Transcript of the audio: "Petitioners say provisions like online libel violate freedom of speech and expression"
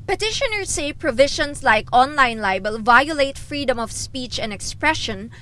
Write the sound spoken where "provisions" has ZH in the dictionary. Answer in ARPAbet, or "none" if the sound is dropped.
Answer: SH